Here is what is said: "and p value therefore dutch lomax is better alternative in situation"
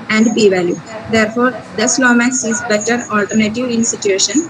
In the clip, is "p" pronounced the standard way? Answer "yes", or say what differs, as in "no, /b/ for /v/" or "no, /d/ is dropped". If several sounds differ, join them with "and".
no, /b/ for /p/